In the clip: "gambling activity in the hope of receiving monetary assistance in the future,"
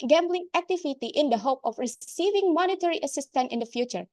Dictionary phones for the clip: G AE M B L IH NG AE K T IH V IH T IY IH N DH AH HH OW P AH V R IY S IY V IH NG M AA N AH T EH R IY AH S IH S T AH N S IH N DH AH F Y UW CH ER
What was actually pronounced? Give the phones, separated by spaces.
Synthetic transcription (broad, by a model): G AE M B L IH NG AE K T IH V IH T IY IH N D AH HH OW P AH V R IY S IY V IH NG M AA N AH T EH R IY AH S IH S T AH N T IH N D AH F Y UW CH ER